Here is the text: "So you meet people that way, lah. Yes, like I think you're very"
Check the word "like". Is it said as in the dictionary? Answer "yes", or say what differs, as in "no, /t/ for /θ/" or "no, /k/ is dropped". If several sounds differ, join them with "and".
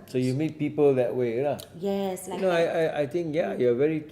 no, /n/ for /l/